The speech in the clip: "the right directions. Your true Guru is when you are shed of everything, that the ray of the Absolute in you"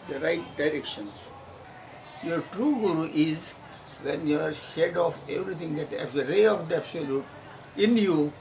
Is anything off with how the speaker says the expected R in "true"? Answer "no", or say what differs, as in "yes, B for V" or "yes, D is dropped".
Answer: no